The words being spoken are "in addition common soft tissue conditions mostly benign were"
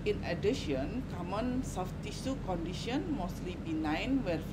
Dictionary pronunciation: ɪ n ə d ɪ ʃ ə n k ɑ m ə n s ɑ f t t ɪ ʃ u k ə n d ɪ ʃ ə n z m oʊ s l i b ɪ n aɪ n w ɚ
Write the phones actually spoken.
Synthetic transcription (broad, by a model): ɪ n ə d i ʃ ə n k ɑ m ə n s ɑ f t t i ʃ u k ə n d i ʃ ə n m oʊ s l i b ɪ n aɪ n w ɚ